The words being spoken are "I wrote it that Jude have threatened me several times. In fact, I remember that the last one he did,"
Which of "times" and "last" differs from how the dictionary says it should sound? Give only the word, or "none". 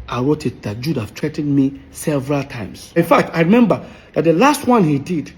times